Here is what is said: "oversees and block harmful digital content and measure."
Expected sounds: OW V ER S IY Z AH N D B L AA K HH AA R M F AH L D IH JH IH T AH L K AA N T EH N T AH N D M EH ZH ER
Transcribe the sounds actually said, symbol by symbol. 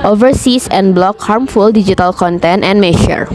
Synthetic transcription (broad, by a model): OW V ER S IY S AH N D B L AA K HH AA R M F AH L D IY JH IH T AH L K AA N T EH N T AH N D M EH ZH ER